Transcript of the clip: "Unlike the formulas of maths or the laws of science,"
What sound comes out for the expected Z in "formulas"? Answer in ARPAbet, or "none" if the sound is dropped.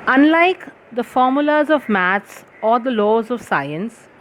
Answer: Z